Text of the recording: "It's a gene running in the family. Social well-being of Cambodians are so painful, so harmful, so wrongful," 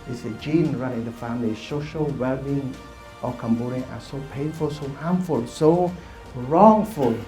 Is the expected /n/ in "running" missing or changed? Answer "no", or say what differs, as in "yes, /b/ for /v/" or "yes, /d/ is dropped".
yes, /n/ is dropped